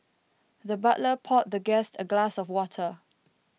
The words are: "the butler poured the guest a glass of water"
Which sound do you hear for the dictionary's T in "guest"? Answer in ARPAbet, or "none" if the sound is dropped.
T